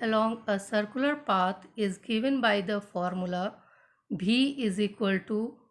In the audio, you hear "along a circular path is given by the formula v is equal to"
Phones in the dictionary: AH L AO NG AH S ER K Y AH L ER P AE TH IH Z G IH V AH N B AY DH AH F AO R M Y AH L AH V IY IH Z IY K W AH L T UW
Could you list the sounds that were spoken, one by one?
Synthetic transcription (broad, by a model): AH L AO NG AH S ER K Y AH L ER P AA T IH Z G IH V AH N B AY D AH F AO R M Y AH L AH B IY IH Z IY K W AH L T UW